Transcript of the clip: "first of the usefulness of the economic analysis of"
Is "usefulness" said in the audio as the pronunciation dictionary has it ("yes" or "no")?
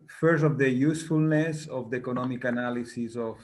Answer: yes